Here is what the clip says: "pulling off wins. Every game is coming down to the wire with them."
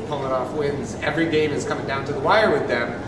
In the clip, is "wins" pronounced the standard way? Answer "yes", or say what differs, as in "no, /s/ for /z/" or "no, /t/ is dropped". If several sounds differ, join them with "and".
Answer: yes